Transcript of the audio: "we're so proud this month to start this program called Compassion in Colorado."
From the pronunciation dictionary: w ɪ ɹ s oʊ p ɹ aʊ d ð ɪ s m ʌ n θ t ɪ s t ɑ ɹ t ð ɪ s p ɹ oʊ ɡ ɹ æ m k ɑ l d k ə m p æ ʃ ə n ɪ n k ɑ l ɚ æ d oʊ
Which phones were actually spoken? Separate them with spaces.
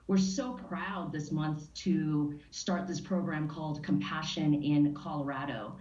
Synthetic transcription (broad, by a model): w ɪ ɹ s oʊ p ɹ aʊ d ð ɪ s m ʌ n θ t ɪ s t ɑ ɹ t ð ɪ s p ɹ oʊ ɡ ɹ æ m k ɑ l d k ə m p æ ʃ ə n ɪ n k ɑ l ɚ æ d oʊ